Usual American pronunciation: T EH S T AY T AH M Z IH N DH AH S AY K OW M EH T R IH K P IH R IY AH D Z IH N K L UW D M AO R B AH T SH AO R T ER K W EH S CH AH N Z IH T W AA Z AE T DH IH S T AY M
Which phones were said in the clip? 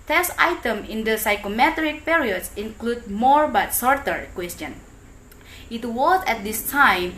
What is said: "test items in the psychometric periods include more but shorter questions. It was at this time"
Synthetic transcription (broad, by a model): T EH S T AY T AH M IH N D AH S AY K OW M EH T R IH K P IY R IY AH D S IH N K L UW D M AO R B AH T S AO R T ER K W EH S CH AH N IH T W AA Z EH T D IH S T AY M